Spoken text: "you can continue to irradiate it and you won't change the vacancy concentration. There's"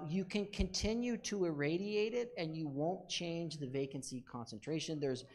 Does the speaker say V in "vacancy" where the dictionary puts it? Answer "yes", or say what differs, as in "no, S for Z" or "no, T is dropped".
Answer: yes